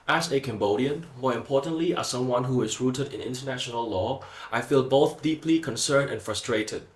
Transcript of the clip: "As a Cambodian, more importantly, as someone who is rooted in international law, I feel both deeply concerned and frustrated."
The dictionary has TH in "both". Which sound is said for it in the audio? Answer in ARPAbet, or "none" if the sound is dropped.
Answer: TH